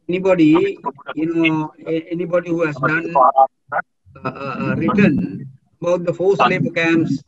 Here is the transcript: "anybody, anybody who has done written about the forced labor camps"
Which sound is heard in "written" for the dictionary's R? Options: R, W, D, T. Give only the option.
R